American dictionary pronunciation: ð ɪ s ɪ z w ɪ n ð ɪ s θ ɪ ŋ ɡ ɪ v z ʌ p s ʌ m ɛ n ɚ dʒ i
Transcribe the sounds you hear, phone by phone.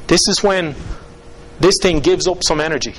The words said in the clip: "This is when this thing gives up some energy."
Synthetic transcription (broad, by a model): ð ɪ s ɪ z w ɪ n ð ɪ s θ ɪ ŋ ɡ ɪ v z ʌ p s ʌ m ɛ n ɚ dʒ i